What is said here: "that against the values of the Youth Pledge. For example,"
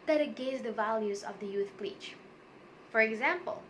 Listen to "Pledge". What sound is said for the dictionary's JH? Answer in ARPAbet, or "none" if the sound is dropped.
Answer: CH